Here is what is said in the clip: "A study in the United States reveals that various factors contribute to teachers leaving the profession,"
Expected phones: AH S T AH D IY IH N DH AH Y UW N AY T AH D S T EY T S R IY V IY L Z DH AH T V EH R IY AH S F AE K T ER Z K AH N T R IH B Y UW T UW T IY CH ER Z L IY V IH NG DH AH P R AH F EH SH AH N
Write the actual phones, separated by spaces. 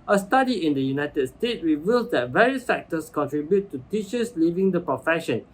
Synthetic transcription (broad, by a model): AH S T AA D IY IH N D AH Y UW N AY T AH D S T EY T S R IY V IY L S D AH T V EH R IY AH S F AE K T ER S K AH N T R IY B Y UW T UW T IY CH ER S L IY V IH NG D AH P R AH F EH SH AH N